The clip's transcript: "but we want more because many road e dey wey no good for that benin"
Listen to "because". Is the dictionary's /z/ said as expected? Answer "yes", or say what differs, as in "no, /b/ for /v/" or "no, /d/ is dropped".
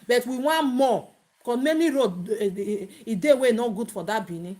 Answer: no, /z/ is dropped